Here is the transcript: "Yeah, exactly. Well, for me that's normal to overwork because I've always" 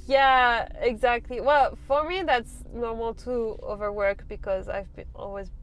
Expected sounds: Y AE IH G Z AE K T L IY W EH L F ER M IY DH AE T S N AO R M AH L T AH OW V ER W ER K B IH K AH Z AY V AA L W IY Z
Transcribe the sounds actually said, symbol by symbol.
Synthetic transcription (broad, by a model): Y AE IH G Z AE K T L IY W EH L F ER M IY DH AE T S N AO R M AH L T AH OW V ER W ER K B IH K AH Z AY V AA L W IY Z